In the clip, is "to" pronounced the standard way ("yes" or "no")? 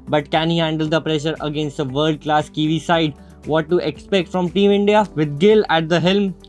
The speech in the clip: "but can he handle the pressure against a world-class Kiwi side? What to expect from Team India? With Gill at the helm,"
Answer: yes